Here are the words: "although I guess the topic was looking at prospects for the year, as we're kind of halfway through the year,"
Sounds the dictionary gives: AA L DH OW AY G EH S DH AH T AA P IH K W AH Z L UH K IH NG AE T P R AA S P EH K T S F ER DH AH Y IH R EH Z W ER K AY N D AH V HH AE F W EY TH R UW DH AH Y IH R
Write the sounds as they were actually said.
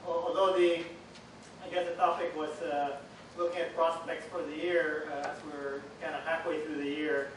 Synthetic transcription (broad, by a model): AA L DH OW AY G EH S DH AH T AA P IH K W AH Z L UH K IH NG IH T P R AA S P EH K T S F ER DH AH Y IH R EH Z W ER K AY N D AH HH AE F W EY TH R UW DH AH Y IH R